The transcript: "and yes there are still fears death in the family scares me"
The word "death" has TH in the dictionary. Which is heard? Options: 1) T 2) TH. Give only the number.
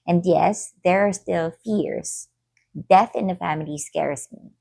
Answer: 2